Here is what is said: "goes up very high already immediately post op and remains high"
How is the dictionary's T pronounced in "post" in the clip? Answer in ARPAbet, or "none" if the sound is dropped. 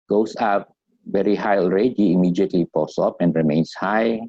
none